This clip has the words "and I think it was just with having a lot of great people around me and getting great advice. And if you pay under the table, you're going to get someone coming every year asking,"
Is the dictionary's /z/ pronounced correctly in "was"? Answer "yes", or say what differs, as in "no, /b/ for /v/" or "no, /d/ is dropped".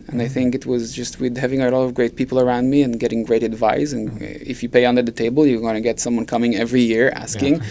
yes